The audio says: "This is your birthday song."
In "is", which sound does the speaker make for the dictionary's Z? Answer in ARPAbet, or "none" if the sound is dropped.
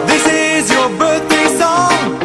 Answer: Z